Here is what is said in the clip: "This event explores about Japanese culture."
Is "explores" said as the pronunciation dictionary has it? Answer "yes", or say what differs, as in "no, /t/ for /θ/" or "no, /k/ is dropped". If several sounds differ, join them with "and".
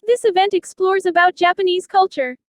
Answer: yes